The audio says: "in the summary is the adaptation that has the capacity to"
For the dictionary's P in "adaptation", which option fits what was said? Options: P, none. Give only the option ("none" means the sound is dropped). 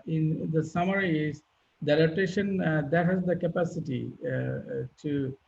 none